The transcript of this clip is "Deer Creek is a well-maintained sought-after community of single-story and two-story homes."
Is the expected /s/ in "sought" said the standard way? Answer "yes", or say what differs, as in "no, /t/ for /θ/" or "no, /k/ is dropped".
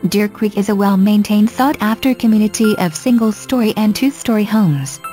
no, /θ/ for /s/